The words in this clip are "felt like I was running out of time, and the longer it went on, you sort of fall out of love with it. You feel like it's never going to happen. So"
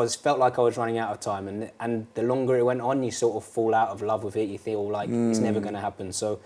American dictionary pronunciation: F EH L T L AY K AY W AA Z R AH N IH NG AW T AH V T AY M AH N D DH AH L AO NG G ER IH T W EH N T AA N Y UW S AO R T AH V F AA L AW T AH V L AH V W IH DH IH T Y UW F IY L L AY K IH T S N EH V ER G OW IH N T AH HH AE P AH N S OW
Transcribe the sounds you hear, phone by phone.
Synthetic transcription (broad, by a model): F EH L T L AY K AY W AA Z R AH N IH NG AW T AH V T AY M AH N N DH AH L AO NG G ER IH T W EH N T N Y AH S AO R T AH V F AA L AW T AH V L AH V W IH DH IH T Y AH F IY L L AY K IH T S N EH V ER G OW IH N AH HH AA P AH N S OW